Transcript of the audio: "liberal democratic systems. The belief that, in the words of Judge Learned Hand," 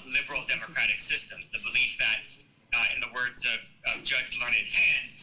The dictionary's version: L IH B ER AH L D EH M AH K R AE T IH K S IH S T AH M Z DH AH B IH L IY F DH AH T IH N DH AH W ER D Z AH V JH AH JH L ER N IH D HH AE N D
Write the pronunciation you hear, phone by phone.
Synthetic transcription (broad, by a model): L IH B ER L D EH M AH K R AE T IH K S IH S T AH M Z DH AH B IH L IY F DH AH T IH N DH AH W ER D Z AH V JH AH JH L ER N IH D HH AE N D